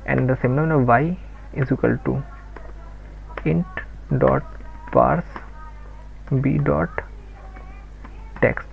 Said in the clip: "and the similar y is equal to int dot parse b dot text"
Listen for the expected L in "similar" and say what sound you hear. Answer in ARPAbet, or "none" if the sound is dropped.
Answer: N